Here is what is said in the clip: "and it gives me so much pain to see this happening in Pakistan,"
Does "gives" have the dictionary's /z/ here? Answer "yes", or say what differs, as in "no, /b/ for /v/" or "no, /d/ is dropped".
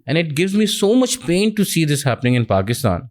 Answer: yes